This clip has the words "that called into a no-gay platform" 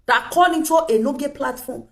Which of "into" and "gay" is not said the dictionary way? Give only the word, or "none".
into